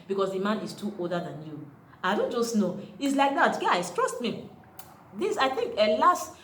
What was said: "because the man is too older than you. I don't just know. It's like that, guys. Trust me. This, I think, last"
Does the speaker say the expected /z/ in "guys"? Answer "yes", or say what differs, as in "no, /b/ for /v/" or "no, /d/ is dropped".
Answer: no, /s/ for /z/